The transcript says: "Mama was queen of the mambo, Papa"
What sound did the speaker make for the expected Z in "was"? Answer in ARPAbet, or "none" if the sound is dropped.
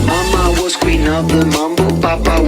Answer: S